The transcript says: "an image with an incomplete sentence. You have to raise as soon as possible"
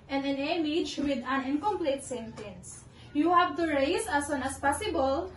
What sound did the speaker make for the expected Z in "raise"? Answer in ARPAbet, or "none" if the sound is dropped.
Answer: S